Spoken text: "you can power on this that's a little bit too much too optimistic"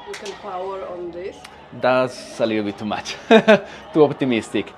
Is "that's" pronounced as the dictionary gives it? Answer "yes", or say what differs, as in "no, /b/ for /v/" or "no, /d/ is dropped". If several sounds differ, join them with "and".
no, /s/ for /t/